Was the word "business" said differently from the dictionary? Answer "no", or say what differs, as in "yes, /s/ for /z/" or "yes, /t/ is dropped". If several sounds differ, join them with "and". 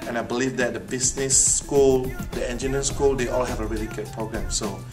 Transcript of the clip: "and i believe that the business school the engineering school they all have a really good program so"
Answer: yes, /s/ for /z/